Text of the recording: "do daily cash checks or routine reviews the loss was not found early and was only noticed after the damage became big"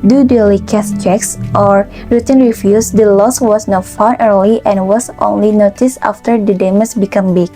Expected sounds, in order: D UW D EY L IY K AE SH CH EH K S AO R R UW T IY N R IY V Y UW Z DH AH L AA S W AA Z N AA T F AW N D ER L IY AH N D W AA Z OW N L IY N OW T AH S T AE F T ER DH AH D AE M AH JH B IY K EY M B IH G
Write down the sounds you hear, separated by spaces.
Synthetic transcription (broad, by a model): D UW D EY L IY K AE S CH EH K S AO R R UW T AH N R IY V Y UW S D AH L AA S W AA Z N AA T F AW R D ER L IY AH N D W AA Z OW N L IY N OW T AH S AA F T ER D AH D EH M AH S B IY K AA M B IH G